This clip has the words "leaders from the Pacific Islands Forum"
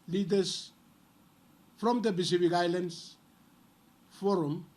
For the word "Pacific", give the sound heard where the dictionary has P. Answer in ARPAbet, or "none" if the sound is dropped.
B